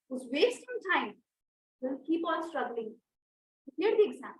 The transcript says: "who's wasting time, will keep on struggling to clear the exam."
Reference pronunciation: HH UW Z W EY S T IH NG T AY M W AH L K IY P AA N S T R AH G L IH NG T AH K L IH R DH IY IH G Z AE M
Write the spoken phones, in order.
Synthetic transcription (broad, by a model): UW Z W EY S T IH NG T AY M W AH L K IY P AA L S T R AH G L IH NG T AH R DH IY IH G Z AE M